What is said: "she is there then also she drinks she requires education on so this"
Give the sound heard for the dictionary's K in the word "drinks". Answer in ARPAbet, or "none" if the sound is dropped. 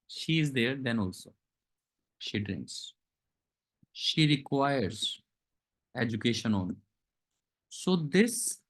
K